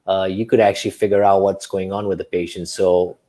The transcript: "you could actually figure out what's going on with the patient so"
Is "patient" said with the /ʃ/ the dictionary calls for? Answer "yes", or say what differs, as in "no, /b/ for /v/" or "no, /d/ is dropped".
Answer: yes